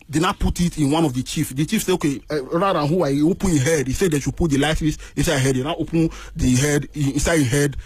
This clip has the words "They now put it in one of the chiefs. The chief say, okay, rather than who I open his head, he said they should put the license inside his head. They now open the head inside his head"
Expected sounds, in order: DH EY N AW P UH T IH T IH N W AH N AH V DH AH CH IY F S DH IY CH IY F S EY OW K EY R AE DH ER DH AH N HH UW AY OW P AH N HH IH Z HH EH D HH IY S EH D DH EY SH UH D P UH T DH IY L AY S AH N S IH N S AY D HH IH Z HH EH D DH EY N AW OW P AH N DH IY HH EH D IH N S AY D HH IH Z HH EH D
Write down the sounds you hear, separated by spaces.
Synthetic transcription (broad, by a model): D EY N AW P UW T IH T IH N W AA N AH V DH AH CH IY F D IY CH IY F S EY OW K EY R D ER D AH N HH UW AY OW P AH N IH HH EH D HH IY S EH D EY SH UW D P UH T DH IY L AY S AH S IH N S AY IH HH EH D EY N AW OW P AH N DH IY HH EH D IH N S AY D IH HH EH D